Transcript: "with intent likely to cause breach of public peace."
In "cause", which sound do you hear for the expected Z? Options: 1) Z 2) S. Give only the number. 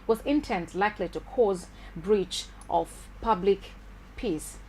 1